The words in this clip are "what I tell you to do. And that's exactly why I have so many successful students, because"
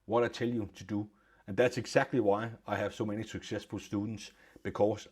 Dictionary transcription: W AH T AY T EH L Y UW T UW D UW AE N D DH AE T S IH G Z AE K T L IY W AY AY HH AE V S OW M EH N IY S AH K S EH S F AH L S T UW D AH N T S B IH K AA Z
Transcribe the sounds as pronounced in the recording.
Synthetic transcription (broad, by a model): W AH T AY S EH L Y UW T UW D UW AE N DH AE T S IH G S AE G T L IY W AY AY HH AE V S OW M EH N IY S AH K S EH S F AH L S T UW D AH N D S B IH K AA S